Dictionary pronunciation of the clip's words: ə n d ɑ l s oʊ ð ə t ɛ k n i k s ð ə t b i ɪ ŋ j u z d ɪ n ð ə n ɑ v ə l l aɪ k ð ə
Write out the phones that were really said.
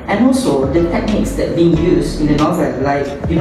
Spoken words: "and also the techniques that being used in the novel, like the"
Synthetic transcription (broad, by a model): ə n ɑ l s oʊ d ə t ɛ k n i k s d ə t b i ɪ ŋ j u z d ɪ n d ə n ɑ v ə l l aɪ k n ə